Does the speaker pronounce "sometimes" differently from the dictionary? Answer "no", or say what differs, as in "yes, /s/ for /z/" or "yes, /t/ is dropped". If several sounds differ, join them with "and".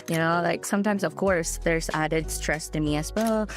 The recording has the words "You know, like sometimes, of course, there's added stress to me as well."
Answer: no